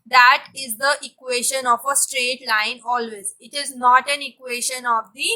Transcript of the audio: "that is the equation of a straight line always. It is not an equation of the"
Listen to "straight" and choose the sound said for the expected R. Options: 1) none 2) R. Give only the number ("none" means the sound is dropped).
2